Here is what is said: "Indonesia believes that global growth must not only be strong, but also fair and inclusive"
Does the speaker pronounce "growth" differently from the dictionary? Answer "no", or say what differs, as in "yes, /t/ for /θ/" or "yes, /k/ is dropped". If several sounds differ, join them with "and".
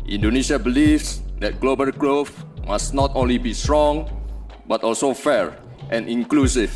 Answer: yes, /f/ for /θ/